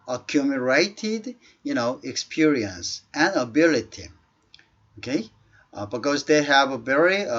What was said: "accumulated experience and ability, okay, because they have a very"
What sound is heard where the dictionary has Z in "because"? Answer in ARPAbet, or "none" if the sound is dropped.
Z